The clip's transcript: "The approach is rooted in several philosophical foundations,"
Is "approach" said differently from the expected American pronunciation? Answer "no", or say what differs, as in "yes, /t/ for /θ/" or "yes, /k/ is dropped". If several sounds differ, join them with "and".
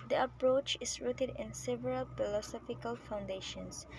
no